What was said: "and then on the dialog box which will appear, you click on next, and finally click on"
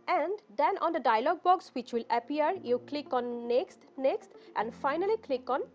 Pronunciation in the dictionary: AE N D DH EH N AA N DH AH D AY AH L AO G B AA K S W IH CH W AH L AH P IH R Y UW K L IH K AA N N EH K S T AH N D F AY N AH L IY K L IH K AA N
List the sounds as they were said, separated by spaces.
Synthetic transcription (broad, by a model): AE N D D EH N AA N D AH D AY AH L AO G B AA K S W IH CH W AH L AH P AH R Y UW K L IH K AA N N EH K S T AH N D F AY N AH L IY K L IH K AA N